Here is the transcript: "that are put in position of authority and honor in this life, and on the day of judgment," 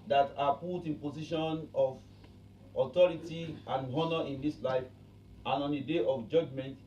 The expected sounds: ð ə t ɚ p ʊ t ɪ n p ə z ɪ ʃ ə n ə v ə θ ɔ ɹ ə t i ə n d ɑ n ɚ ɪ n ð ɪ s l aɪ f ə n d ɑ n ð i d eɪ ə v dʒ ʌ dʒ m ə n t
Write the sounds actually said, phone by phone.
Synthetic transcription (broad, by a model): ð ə t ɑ p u t ɪ n p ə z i ʃ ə n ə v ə t ɔ ɹ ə t i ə n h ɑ n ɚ ɪ n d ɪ s l aɪ f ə n ɑ n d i d eɪ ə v dʒ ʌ dʒ m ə n t